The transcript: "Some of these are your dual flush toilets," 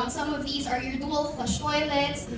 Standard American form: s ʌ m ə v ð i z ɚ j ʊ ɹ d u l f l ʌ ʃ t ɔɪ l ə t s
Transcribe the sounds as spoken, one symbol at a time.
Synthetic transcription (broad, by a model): s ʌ m ə v ð i z ɚ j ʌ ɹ d u l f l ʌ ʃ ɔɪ l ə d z